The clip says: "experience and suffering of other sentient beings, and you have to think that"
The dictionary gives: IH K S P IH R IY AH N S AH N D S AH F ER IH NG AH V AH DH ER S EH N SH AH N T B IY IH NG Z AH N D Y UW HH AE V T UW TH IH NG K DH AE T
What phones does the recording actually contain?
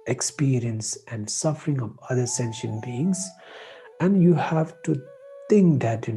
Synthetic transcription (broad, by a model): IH K S P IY R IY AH N S AH N D S AH F ER IH NG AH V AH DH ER S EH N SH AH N B IY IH NG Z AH N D Y UW HH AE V T UW T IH NG K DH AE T